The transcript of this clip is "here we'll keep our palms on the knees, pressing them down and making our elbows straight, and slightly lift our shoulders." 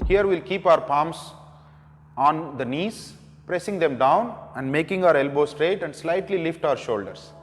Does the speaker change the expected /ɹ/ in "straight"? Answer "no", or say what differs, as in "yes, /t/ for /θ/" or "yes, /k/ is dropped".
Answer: no